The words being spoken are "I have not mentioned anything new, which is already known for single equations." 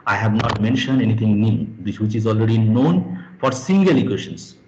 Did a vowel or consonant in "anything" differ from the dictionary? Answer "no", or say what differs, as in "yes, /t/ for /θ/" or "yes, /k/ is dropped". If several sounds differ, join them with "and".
yes, /t/ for /θ/